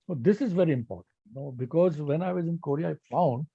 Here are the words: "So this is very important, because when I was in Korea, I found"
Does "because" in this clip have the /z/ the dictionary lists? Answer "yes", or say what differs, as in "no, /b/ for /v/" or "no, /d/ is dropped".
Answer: yes